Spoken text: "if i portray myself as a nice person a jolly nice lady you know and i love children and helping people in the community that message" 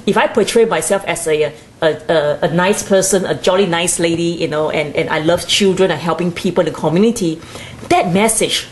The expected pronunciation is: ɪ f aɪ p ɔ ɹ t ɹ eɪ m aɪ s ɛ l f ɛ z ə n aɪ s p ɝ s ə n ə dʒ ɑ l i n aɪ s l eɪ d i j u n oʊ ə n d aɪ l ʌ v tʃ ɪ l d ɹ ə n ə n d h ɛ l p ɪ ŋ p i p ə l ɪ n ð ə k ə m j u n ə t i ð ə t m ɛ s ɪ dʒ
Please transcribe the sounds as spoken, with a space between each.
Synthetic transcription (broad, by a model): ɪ f aɪ p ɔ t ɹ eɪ m aɪ s ɛ l f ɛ s ə n aɪ s p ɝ s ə n ə dʒ ɑ l i n aɪ s l eɪ d i j u n oʊ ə n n aɪ l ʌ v tʃ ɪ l d ɹ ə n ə h ɛ l p ɪ ŋ p i p ə l ɪ n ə k ə m j u n ə t i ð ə t m ɛ s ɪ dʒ